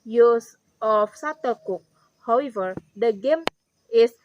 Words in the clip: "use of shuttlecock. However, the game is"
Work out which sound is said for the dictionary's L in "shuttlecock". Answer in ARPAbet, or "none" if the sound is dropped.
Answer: none